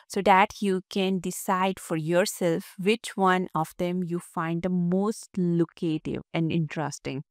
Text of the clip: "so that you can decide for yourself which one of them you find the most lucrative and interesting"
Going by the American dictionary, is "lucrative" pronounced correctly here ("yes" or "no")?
no